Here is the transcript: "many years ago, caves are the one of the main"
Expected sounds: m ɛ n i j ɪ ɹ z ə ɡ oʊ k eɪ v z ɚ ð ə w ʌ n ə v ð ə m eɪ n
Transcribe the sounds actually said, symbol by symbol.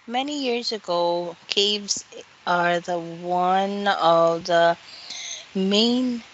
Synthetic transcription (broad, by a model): m ɛ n i j ɪ ɹ z ə ɡ oʊ k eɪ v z ɚ ð ə w ʌ n ə v ð ə m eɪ n